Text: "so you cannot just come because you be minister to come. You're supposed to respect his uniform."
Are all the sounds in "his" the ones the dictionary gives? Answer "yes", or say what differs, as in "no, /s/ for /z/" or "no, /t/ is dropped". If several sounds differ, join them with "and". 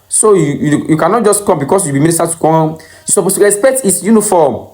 no, /s/ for /z/